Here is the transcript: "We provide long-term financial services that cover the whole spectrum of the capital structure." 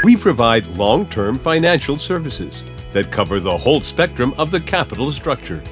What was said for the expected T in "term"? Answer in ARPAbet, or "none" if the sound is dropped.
T